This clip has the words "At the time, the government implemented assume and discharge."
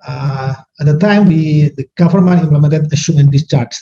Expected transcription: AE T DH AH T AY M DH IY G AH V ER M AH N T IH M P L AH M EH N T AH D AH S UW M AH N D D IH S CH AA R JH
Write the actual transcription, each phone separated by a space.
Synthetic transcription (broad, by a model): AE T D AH T AY M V IY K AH F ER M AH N IH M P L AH M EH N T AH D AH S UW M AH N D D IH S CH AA R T